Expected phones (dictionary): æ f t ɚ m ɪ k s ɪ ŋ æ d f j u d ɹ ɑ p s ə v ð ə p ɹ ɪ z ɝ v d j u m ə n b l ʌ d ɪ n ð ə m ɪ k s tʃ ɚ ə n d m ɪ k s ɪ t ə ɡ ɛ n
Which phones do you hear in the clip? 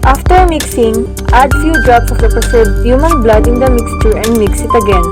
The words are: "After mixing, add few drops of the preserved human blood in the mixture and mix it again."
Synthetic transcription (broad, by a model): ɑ f t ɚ m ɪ k s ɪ ŋ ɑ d f j u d ɹ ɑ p s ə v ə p ɪ s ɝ d j u m ə n b l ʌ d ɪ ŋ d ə m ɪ k s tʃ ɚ ə n d m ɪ k s ɪ t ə ɡ ɛ n